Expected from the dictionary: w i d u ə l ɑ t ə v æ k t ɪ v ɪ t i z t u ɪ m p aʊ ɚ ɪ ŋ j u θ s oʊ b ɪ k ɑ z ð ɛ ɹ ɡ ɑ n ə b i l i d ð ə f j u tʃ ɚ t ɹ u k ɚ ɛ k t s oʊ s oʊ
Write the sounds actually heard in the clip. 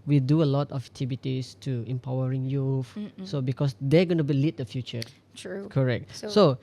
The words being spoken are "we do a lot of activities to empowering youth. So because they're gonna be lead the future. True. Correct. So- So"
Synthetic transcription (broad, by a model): w i d u ə l ɑ t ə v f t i b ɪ t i s t u ɪ m p aʊ ɚ ɪ ŋ j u f s oʊ b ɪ k ɑ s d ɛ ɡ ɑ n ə b i l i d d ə f j u tʃ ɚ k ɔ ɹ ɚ ɛ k t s s oʊ